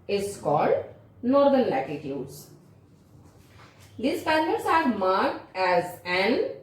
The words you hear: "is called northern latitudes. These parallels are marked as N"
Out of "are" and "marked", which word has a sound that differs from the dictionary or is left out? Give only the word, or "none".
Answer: none